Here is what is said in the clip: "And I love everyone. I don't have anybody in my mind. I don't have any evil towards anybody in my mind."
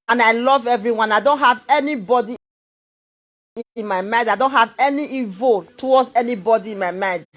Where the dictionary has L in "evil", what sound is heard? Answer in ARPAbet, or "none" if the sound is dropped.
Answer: L